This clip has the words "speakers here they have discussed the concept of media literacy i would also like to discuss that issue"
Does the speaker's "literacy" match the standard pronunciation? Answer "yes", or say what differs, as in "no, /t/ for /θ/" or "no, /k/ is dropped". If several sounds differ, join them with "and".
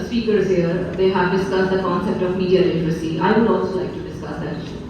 no, /n/ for /l/